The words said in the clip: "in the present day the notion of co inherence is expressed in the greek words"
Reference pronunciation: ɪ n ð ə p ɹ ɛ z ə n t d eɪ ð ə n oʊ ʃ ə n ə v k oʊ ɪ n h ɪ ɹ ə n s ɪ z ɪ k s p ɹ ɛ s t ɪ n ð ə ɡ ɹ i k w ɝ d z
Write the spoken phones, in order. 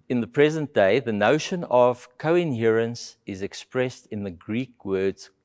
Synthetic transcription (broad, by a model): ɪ n ð ə p ɹ ɛ z ə n t d eɪ ð ə n oʊ ʃ ə n ə v k oʊ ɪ n h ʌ ɹ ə n s ɪ z ɪ k s p ɹ ɛ s t ɪ n ð ə ɡ ɹ i k w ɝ d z